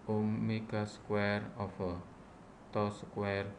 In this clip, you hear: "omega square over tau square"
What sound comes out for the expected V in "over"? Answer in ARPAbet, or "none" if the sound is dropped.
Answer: F